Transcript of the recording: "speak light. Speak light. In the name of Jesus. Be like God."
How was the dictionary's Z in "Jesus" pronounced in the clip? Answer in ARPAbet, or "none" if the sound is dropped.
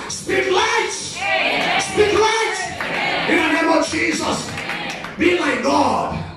Z